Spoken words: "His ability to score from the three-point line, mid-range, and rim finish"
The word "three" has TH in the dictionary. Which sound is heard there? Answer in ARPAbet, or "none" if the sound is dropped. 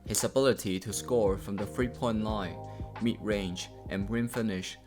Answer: F